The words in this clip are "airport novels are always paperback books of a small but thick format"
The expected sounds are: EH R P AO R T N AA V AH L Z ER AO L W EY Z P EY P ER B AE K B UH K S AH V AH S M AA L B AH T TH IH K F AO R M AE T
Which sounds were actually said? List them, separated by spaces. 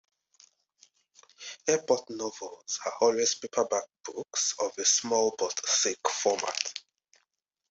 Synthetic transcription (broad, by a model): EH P AO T N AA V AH L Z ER AO L W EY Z P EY P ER B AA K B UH K S AH V AH S M AA L B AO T S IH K F AO M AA T